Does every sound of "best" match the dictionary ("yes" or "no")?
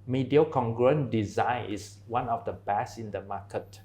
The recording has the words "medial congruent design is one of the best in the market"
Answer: no